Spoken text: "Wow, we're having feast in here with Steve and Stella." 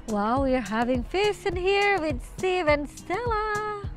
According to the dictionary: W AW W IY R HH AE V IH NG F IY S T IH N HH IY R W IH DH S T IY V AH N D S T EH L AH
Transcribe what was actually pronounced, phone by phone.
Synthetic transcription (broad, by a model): W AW W IY R HH AE V IH NG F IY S IH N HH IY R W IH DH S T IY V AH N S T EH L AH